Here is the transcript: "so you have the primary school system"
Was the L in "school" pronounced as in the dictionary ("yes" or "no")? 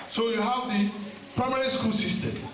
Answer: no